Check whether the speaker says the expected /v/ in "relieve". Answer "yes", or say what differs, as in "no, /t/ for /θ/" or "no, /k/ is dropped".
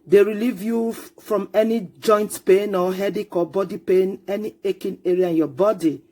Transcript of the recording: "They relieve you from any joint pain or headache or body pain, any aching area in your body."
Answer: yes